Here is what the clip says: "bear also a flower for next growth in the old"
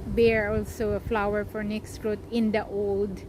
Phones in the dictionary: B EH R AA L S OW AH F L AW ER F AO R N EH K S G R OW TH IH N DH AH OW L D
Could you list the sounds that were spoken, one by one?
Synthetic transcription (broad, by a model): B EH R AA L S OW AH F L AW ER F AO R N EH K S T R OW T IH N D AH OW L D